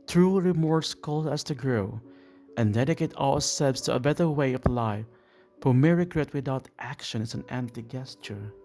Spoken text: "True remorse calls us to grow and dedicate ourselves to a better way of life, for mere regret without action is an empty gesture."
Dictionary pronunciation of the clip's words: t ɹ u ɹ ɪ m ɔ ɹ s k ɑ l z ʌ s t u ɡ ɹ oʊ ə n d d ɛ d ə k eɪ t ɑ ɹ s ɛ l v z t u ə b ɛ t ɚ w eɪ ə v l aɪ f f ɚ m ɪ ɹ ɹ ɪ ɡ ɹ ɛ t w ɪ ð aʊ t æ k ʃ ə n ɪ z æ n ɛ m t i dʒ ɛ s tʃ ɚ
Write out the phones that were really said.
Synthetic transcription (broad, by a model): t ɹ u ɹ ɪ m ɔ ɹ s k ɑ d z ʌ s t u ɡ ɹ oʊ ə n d d ɛ d ə k eɪ t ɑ l s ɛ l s t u ə b ɛ t ɚ w eɪ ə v l aɪ f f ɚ m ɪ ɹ ɹ ɪ ɡ ɹ ɛ t w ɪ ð aʊ t æ k ʃ ə n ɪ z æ n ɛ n t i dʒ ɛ s tʃ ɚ